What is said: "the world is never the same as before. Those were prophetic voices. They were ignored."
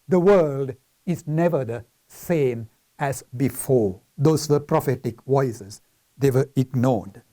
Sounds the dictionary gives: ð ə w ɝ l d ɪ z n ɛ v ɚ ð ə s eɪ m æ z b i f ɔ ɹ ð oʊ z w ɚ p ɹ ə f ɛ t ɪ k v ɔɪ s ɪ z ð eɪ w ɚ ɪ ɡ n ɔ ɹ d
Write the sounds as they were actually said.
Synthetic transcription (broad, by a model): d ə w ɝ l d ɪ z n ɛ v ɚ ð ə s eɪ m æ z b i f ɔ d oʊ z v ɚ p ɹ ə f ɛ t ɪ k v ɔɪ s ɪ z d eɪ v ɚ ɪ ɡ n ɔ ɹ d